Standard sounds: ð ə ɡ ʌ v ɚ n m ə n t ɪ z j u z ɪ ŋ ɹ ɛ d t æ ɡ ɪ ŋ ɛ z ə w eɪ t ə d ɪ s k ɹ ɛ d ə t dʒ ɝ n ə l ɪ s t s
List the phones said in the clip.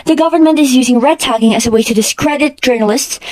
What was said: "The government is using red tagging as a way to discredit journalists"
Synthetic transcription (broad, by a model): ð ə ɡ ʌ v ɚ n m ə n t ɪ z j u z ɪ ŋ ɹ ɛ d t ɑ ɡ ɪ ŋ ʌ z ə w eɪ t ə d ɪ s k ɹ ɛ d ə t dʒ ɝ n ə l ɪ s t s